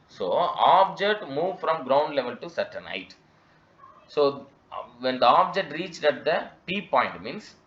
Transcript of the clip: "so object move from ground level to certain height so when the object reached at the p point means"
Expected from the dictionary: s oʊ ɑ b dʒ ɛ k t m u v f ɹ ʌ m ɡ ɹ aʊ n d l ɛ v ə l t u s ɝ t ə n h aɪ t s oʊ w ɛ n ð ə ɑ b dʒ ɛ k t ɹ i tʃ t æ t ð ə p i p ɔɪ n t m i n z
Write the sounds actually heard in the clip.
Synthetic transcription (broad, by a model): s oʊ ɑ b dʒ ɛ k t m u v f ɹ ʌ m ɡ ɹ aʊ n d l ɛ v ə l t u s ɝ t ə n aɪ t s oʊ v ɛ n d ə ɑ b dʒ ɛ k t ɹ i tʃ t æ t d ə p i p ɔɪ n t m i n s